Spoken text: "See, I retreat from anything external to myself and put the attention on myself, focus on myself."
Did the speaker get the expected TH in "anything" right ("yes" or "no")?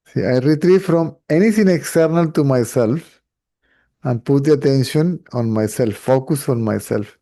no